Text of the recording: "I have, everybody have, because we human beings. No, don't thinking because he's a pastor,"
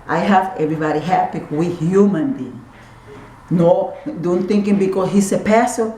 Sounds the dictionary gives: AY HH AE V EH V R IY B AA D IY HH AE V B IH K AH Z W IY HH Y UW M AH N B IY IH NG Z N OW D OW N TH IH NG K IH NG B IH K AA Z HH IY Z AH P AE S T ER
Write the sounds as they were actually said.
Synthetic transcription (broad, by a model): AY HH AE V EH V R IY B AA D IY HH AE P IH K W IY HH Y UW M AH N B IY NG N OW D OW N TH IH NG K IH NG B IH K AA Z HH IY S AH P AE S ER